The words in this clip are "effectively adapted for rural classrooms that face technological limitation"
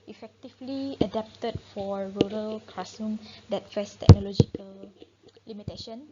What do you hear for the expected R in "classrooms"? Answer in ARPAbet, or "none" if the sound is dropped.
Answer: none